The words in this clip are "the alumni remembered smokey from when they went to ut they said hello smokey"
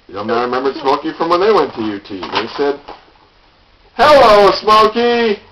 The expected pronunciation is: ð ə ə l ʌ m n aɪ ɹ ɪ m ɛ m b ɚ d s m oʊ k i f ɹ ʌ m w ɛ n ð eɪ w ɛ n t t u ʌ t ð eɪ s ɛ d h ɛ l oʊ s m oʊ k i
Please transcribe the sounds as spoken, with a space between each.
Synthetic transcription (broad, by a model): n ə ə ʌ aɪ ɹ ɪ m ɛ m b ɚ d s m oʊ k i f ɹ ʌ m w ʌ n ð eɪ w ɛ n t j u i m ð eɪ s ɛ d h ɛ l oʊ s m oʊ k i